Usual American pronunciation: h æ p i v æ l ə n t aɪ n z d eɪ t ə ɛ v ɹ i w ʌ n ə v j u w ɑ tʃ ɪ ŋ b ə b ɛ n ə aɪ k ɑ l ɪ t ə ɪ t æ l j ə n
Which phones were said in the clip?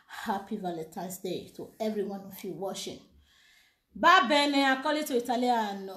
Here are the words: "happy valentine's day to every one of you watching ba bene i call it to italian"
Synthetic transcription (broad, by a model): h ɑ p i v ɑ l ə t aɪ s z d eɪ t ə ɛ v ɹ i w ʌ n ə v j u w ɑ ʃ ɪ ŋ b ə b ɛ n ə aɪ k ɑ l ɪ t ə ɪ t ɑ l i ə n